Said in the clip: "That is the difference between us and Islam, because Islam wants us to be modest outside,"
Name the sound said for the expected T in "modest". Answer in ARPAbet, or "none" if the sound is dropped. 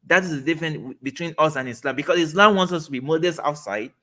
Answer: none